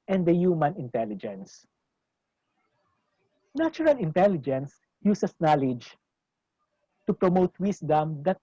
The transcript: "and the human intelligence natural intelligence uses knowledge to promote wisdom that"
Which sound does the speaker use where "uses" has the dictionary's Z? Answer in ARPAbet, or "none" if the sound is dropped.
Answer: S